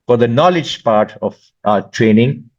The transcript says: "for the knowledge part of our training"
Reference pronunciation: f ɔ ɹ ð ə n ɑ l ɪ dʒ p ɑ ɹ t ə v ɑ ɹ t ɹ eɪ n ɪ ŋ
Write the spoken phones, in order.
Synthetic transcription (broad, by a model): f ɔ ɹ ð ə n ɑ l ɪ dʒ p ɑ ɹ t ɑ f t ɹ eɪ n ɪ ŋ